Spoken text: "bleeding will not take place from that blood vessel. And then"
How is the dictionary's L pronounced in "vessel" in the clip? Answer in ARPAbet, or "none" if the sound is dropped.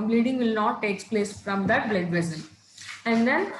N